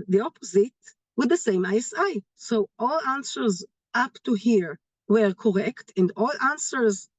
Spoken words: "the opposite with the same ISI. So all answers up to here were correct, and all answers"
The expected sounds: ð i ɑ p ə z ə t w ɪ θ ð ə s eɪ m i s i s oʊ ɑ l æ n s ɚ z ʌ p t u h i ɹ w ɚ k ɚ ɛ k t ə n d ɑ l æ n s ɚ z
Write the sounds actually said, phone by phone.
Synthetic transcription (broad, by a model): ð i ɑ p ə z ə t w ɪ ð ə s eɪ m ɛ s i s oʊ ɑ l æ n s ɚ z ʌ p t u h i ɹ w ɚ k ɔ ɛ k t ə n d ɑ l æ n s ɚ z